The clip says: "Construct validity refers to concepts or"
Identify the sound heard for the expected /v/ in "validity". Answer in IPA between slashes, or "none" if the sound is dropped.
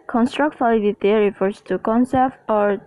/f/